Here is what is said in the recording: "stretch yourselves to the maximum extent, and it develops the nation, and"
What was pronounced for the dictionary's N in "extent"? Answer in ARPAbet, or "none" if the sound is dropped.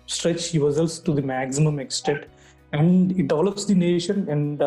none